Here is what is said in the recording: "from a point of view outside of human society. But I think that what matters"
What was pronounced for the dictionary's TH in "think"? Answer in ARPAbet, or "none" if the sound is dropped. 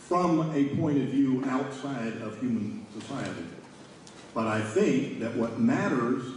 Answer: TH